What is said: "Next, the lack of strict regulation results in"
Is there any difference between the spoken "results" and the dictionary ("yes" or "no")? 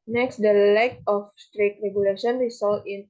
yes